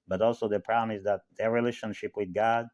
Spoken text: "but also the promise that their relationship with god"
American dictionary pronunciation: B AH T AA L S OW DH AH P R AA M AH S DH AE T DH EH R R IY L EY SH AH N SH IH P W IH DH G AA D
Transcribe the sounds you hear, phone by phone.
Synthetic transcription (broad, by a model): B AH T AA L S OW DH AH P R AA M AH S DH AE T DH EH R R IY L EY SH AH N SH IH P W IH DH G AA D